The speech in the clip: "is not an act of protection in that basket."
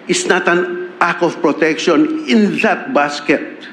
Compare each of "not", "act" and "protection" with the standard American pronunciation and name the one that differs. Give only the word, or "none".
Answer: act